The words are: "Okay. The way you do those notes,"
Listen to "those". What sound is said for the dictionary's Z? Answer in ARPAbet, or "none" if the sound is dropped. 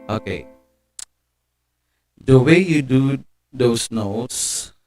S